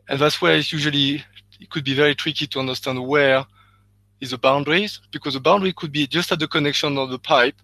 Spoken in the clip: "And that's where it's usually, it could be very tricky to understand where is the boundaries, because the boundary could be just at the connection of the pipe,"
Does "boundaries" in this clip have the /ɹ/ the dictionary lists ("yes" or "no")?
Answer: yes